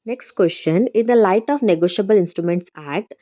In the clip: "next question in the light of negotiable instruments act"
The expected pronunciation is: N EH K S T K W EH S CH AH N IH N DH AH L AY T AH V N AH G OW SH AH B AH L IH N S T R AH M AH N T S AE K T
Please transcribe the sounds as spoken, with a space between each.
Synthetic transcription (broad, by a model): N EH K S T K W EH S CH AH N IH N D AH L AY T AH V N AH G OW SH AH B AH L IH N S T R AH M AH N T S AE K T